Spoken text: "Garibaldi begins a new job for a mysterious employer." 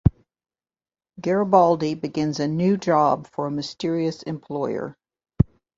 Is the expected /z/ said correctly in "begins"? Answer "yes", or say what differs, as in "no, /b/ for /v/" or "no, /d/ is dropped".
yes